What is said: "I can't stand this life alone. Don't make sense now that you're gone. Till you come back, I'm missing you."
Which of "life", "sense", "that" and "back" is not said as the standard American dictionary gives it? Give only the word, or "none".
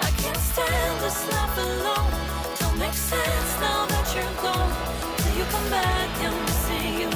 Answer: life